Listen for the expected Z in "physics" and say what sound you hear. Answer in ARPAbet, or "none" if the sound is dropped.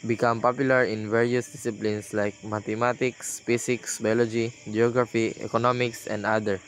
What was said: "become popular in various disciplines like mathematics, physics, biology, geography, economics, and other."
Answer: S